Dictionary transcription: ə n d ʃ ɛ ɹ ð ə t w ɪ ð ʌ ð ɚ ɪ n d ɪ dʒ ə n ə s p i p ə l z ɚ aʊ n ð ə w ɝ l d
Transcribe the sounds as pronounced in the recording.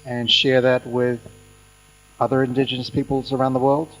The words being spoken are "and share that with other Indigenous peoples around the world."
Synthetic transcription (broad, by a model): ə n ʃ ɛ ɹ ð ə t w ɪ ð ʌ ð ɚ ɪ n d ɪ dʒ ə n ə s p i p l z ɚ aʊ n ð ə w ɝ l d